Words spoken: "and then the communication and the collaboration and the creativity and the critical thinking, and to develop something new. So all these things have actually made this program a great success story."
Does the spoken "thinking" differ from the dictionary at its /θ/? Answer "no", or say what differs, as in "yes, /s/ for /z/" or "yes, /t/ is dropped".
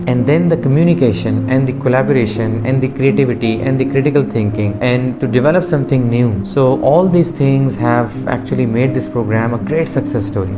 yes, /t/ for /θ/